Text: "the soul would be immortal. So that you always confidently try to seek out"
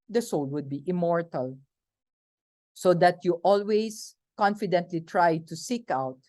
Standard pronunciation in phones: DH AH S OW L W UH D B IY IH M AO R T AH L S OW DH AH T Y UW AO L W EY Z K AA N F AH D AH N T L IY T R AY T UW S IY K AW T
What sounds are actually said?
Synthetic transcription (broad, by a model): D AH S OW L W UH D B IY IH M AO R T AH L S OW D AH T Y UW AO L W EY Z K AA N F AH D AH N T L IY T R AY T UW S IY K AW T